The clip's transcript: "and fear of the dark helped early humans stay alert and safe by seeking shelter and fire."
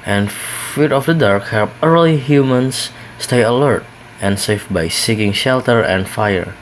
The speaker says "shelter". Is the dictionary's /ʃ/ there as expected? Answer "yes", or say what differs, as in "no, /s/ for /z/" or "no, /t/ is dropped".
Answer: yes